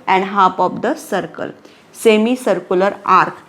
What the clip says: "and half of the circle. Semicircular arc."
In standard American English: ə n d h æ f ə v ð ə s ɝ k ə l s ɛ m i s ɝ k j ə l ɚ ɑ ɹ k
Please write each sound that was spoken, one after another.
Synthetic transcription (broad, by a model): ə n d h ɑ p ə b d ə s ɝ k ə l s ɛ m i s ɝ k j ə l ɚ ɑ ɹ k